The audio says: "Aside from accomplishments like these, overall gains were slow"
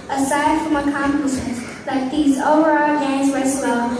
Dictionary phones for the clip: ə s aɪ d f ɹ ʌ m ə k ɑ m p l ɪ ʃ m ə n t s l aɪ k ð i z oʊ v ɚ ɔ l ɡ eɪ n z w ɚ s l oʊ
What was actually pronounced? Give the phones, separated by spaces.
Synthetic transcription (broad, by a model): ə s aɪ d f ɹ ʌ m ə k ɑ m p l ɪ s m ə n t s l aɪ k ð i z oʊ v ɚ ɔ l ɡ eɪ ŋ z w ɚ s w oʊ